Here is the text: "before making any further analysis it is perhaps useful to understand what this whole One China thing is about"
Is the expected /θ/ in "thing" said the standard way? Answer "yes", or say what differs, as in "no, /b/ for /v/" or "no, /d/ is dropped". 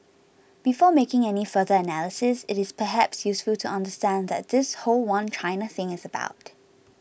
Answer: yes